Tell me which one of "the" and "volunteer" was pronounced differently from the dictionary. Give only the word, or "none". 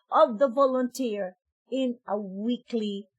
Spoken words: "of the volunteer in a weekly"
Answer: none